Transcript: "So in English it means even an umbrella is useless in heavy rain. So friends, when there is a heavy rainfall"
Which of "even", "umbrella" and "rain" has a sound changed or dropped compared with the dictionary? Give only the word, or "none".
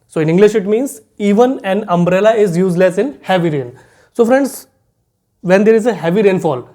none